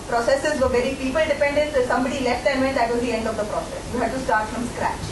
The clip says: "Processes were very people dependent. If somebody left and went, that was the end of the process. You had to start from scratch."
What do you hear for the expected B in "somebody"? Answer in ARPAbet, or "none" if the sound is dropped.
B